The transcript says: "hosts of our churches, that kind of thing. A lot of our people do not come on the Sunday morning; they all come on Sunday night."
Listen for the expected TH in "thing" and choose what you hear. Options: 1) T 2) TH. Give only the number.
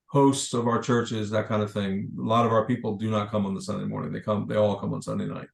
2